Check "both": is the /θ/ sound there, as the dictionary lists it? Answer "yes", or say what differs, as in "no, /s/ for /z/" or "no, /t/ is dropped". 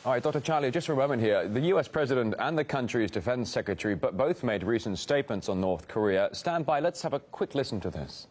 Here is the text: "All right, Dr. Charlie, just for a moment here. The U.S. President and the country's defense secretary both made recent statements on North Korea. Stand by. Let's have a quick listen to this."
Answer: yes